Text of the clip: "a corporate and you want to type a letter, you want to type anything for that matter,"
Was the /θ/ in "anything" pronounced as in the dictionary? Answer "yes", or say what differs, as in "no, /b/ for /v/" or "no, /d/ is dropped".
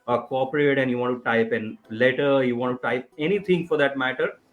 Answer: no, /t/ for /θ/